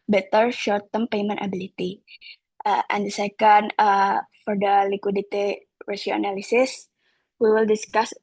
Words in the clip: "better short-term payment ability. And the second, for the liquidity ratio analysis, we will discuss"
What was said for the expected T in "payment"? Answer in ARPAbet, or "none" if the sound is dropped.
T